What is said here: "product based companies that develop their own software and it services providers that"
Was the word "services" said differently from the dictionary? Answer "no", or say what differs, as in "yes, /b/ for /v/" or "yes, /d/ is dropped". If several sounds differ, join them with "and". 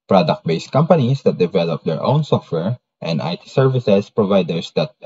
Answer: yes, /s/ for /z/